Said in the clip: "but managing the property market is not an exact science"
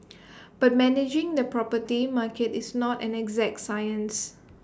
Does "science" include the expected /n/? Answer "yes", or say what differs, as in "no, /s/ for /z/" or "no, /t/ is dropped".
yes